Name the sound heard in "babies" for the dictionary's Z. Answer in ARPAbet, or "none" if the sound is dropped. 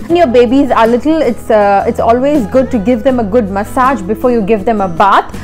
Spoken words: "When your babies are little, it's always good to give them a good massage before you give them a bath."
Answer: Z